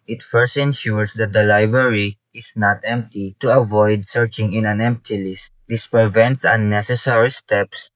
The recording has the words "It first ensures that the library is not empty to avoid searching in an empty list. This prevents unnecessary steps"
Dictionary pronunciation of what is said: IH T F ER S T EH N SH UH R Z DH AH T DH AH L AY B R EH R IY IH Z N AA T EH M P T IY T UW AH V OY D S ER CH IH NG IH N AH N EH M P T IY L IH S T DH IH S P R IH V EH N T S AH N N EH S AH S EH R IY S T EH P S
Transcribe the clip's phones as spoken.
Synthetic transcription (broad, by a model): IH T F ER S T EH N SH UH R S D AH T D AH L AY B R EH R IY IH S N AA T EH M P T IY T UW AH V OY D S ER CH IH NG IH N AH N EH M P T IY L IH S T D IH S P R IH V EH N T S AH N N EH S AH S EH R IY S T EH P S